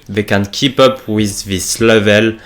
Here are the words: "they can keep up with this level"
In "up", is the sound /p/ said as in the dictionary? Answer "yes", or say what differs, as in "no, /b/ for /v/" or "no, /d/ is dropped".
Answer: yes